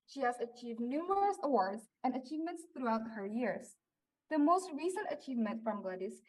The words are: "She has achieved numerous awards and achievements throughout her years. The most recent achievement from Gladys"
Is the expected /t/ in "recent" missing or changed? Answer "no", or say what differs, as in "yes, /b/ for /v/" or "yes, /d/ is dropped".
no